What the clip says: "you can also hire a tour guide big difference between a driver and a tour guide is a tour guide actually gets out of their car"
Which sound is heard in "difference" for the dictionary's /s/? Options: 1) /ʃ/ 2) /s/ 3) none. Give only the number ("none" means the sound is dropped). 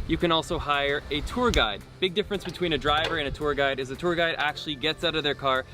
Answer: 2